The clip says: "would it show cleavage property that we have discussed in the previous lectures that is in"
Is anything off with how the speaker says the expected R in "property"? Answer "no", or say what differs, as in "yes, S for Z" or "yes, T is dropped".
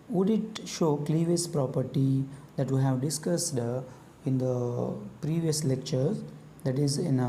no